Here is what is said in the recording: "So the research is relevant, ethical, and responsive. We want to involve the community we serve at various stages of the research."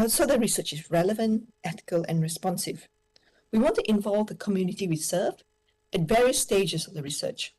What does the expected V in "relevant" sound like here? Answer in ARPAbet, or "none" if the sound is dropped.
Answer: V